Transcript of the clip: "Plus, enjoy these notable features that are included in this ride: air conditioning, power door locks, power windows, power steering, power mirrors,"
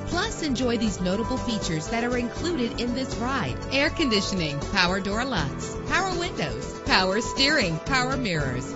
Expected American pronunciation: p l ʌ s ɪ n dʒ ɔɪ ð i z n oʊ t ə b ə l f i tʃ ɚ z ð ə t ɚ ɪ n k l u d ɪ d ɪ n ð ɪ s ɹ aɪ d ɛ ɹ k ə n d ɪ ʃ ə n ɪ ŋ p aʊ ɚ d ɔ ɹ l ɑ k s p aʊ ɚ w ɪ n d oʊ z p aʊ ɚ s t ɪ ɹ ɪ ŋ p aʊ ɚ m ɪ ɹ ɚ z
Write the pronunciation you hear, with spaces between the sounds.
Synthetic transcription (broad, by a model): p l ʌ s ɪ n dʒ ɔɪ ð i z n oʊ t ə b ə l f i tʃ ɚ z ð ə t ɚ ɪ n k l u d ɪ d ɪ n ð ɪ s ɹ aɪ d ɛ ɹ k ə n d ɪ ʃ ə n ɪ ŋ p aʊ ɚ d ɔ ɹ l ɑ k s p aʊ ɚ w ɪ n d oʊ z p aʊ ɚ s t ɪ ɹ ɪ ŋ p aʊ ɚ m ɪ ɹ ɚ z